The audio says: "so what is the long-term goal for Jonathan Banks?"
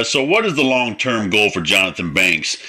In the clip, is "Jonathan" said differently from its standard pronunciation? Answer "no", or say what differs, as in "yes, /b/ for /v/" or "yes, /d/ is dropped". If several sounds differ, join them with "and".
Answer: no